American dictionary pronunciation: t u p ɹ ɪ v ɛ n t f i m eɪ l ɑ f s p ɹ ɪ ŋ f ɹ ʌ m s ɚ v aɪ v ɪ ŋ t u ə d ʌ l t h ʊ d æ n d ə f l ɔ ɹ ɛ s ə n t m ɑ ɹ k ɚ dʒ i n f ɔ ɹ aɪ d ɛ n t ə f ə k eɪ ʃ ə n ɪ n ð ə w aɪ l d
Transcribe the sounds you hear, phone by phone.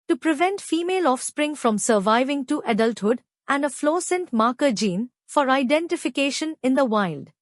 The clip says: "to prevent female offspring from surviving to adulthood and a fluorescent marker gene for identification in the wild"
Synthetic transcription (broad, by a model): t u p ɹ ɪ v ɛ n t f i m eɪ l ɑ f s p ɹ ɪ ŋ f ɹ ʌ m s ɚ v aɪ v ɪ ŋ t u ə d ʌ l t h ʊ d æ n d ə f l ɔ s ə n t m ɑ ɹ k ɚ dʒ i n f ɔ ɹ aɪ d ɛ n t ə f ə k eɪ ʃ ə n ɪ n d ə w aɪ l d